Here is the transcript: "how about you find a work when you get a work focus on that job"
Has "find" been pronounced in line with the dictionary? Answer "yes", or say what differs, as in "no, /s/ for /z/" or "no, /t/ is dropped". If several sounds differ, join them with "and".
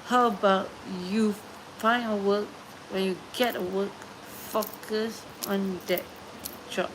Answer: no, /d/ is dropped